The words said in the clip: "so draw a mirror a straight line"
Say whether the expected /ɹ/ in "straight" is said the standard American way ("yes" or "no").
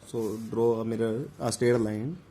no